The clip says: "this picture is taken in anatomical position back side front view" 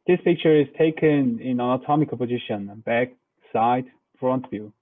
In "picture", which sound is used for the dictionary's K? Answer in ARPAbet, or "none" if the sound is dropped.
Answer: K